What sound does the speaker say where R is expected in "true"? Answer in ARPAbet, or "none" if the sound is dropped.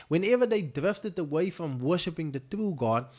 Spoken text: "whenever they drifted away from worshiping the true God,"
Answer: R